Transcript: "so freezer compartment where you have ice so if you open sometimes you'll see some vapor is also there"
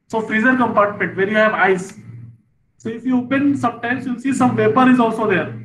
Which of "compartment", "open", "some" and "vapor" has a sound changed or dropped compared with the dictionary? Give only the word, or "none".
vapor